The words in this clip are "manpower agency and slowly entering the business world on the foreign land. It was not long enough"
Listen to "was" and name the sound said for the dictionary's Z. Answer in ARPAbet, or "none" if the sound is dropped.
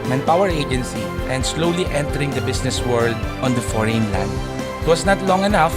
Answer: S